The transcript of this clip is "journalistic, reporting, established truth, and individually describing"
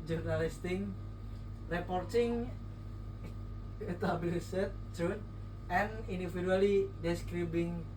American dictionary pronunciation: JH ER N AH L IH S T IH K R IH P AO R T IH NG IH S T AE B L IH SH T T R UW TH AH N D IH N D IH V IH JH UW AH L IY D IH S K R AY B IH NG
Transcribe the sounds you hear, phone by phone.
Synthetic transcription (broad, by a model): JH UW N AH L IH S T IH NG R IH P AO R T IH NG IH T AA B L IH S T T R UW T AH N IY N D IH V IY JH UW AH L IY D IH S K R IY B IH NG